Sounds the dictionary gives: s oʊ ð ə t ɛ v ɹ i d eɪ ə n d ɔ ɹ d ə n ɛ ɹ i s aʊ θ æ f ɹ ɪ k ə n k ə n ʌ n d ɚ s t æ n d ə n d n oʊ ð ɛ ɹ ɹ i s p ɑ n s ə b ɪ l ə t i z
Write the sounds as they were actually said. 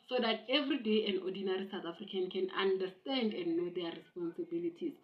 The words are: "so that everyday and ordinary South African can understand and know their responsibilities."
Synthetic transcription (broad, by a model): s oʊ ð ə t ɛ v ɹ i d eɪ ə n d ɔ d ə n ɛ ɹ i s aʊ t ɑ f ɹ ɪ k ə n k ə n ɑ n d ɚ s t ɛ n d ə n n oʊ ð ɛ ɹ ɹ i s p ɑ n s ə b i l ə t i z